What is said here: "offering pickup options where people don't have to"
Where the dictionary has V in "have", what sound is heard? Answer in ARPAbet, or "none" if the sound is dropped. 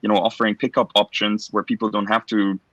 F